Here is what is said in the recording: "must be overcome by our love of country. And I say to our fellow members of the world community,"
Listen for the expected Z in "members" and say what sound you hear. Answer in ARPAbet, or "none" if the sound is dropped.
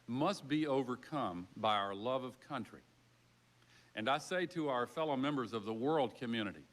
Z